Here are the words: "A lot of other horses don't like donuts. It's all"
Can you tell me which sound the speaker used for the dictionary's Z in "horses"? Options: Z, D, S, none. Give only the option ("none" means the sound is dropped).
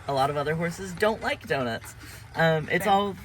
Z